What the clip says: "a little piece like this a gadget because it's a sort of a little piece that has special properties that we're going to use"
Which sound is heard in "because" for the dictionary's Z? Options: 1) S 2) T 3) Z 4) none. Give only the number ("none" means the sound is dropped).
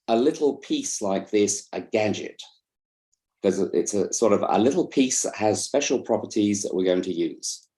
4